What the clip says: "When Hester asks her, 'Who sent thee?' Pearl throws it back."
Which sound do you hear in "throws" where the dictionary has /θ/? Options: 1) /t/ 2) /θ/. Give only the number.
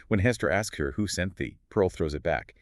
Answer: 2